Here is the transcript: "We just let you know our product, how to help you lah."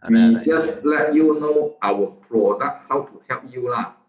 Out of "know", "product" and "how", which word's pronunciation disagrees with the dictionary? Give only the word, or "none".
product